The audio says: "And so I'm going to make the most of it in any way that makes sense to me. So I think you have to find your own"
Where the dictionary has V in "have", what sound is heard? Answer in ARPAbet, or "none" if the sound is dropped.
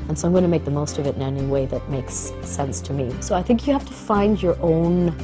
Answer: F